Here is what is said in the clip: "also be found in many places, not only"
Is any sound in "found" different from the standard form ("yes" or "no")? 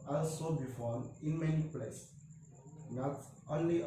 yes